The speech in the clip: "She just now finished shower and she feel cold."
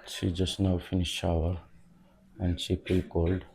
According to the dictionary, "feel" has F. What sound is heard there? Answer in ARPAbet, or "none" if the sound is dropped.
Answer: P